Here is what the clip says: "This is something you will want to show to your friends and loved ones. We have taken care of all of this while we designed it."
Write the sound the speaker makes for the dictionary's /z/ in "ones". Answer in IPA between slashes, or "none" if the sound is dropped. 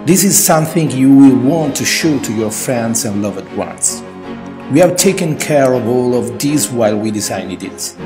/s/